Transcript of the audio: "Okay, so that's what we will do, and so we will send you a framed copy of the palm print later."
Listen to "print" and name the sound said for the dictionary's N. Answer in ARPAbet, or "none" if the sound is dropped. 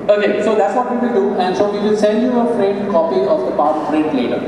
none